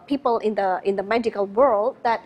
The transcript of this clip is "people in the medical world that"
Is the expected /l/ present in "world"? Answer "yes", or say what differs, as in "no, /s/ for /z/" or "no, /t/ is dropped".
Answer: yes